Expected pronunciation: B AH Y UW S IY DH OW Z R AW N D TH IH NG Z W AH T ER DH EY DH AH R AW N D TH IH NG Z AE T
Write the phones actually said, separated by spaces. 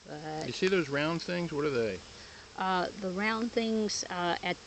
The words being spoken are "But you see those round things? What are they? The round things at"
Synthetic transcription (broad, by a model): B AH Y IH S IY DH OW Z R AW N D TH IH NG Z W AH T ER DH EY DH AH R AW N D TH IH NG Z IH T